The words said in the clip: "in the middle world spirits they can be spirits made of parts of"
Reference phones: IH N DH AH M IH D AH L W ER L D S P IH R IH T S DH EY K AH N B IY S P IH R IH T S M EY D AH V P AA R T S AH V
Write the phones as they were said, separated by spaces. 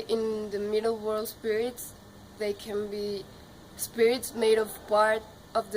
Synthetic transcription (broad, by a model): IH N DH AH M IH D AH L W ER L D S P IH R IH T S DH EY K AH N B IY S P IH R IH T S M EY D AH V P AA R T AH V